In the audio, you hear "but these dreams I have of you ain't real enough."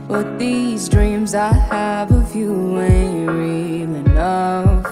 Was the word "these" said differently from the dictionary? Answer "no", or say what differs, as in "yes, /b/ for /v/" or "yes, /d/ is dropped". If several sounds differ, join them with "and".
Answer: no